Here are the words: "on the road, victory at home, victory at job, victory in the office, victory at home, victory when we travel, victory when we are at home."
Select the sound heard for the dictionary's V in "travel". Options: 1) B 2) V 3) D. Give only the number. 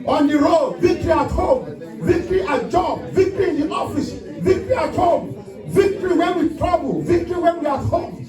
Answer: 1